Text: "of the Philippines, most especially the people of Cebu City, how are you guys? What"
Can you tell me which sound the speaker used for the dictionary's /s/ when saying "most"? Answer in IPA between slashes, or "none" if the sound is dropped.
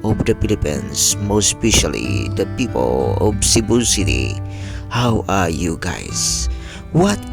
/s/